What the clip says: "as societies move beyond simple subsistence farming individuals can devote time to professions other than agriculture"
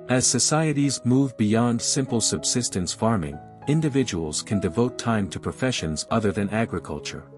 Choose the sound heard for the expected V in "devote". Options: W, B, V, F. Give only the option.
V